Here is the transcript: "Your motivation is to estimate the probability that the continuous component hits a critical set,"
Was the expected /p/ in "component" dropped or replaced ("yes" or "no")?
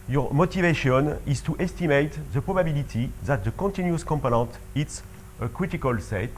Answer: no